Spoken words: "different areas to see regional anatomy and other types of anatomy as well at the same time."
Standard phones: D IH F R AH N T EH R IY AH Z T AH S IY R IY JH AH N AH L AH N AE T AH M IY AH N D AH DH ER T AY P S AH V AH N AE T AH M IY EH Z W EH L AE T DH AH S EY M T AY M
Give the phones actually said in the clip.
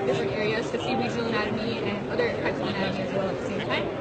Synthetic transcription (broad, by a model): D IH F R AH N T EH R IY AH Z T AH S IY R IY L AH AH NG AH UH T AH M IY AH N AH DH ER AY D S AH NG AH UH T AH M IY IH Z W EH L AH T DH AH S EY M T AY M